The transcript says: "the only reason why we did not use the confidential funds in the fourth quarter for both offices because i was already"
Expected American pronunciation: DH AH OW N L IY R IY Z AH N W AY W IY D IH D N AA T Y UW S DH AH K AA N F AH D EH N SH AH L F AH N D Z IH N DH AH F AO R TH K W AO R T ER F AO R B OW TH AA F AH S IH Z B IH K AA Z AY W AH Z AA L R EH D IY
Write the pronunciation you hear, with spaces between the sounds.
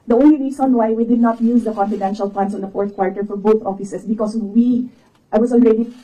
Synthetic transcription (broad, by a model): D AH OW N L IY R IY S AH N W AY W IY D IH D N AA T Y UW S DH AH K AA N F AH D EH N SH AH L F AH N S IH N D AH F AO R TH K W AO R T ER F AO R B OW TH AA F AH S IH S B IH K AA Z AY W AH S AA L R EH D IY